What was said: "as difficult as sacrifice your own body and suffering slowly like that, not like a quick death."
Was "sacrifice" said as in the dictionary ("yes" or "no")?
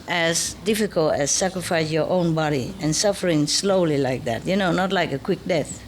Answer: yes